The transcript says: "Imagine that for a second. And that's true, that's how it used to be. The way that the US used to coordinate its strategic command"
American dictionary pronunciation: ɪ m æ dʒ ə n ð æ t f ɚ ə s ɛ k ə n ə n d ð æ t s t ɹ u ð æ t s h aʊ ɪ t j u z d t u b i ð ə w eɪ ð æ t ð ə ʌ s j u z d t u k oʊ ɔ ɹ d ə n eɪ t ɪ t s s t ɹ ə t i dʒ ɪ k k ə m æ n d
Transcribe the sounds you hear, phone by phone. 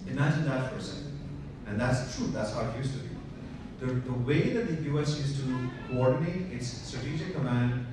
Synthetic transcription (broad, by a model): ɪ m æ dʒ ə n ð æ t p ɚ s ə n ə n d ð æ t s t ɹ u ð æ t s h aʊ ɪ t j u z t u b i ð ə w eɪ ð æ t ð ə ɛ s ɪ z t u k oʊ ɔ ɹ d ə n eɪ t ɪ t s s t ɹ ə t i dʒ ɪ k k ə m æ n d